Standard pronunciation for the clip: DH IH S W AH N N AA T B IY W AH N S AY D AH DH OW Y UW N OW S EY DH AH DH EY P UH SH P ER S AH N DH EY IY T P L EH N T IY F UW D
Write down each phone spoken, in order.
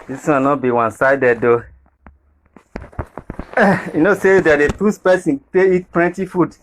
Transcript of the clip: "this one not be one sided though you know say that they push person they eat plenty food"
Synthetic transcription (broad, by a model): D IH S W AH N N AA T B IY W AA N S AY D AH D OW Y UW N OW S EY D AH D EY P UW S P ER S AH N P EY IY T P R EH N T IY F UW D